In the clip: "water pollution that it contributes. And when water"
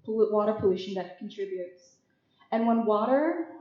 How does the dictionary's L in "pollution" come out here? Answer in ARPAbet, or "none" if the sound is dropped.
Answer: L